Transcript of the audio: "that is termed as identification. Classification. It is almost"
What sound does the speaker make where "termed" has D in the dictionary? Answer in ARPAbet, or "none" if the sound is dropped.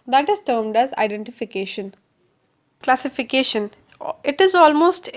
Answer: D